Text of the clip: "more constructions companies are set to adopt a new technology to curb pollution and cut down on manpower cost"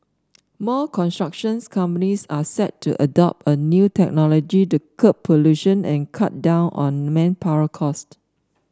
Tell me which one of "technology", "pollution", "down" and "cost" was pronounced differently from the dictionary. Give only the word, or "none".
none